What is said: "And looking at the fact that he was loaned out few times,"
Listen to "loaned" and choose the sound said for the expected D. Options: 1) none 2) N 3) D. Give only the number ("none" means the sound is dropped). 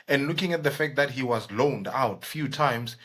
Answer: 3